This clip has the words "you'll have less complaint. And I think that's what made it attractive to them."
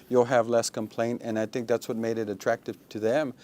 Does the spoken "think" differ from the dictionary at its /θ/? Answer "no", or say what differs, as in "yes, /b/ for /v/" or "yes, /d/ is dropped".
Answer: no